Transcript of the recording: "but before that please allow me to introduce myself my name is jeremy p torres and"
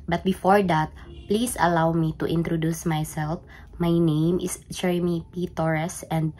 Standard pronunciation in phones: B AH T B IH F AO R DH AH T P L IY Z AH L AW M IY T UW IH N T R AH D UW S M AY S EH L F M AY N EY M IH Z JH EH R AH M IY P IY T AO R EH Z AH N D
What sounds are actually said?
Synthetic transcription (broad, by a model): B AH T B IH F AO R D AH T P L IY S AH L AW M IY T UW IH N T R AH D UW S M AY S EH L F M AY N EY M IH S JH EH R AH M IY P IY T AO R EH S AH N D